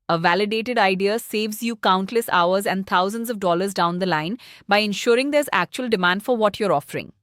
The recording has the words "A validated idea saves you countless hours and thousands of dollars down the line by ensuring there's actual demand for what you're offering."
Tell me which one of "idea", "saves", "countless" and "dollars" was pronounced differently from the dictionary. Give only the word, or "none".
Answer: none